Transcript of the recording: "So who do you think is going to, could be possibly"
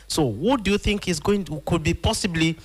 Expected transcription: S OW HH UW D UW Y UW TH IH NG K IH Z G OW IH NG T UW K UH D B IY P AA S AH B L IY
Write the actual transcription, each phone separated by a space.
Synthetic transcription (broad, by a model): S OW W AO D UW Y UW TH IH NG K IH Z G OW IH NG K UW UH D B IY P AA S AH B L IY